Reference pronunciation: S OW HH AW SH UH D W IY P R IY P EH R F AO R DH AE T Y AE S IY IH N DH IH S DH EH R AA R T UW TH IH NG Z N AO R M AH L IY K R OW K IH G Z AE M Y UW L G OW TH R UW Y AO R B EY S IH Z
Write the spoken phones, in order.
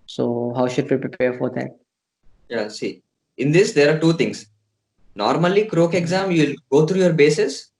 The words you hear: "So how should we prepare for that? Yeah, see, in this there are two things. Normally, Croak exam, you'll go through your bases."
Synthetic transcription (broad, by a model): S OW HH AW SH UH D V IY P R IY P EH R F AO R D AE T Y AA S IY IH N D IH S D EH R AA R T UW T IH NG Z N AO R M AH L IY K R OW K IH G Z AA M Y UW L G OW T R UW Y AO R B EY S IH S